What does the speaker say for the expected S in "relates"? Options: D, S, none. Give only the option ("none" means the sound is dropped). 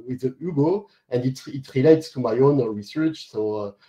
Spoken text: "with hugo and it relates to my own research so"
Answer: S